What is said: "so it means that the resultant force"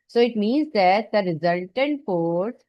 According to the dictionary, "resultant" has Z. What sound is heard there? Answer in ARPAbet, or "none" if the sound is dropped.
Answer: Z